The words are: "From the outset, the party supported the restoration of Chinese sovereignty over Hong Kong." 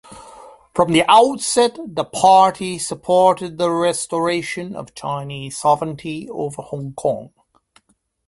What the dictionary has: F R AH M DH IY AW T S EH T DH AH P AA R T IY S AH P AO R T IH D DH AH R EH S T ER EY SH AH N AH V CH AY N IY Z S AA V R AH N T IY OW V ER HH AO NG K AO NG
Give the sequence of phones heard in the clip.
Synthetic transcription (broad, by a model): F R AH M DH IY AW T S EH T DH AH P AA R T IY S AH P AO R T IH D DH AH R EH S T ER EY SH AH N AH V CH AY N IY Z S AA V R AH N T IY OW V ER HH AO NG K AO NG